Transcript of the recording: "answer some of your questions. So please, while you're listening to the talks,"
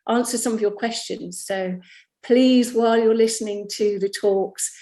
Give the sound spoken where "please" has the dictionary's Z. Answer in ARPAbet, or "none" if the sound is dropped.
Z